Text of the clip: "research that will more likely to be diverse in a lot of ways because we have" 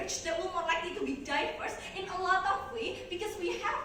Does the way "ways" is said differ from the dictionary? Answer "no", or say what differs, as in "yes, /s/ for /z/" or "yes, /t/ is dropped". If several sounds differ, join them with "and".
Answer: yes, /z/ is dropped